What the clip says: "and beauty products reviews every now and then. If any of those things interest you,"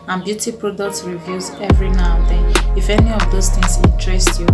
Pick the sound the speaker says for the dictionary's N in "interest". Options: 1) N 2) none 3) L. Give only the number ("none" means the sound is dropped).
2